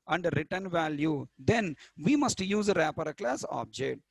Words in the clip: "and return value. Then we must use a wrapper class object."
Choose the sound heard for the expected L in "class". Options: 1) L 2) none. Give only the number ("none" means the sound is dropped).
1